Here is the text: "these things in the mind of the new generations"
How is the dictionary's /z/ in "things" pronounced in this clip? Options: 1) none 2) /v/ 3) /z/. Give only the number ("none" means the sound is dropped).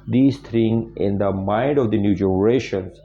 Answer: 1